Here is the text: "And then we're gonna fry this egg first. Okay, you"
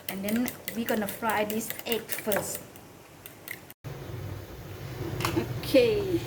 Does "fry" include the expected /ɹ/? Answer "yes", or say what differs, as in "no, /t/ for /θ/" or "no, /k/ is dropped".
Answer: yes